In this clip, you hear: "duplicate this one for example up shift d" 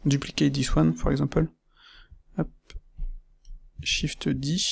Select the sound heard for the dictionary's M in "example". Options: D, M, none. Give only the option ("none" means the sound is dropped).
none